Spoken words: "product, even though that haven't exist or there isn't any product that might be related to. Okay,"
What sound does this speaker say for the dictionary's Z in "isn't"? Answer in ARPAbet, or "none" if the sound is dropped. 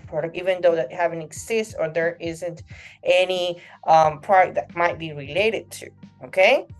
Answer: Z